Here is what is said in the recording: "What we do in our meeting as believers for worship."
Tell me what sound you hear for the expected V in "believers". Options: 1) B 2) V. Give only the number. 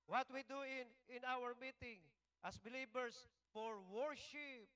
1